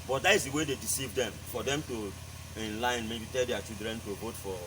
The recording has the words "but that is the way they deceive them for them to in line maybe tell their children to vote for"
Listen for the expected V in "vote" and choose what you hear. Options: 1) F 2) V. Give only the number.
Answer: 2